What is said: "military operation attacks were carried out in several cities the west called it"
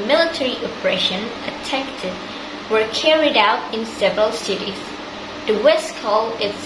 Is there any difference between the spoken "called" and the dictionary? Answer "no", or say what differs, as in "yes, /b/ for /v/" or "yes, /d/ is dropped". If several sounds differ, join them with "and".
yes, /d/ is dropped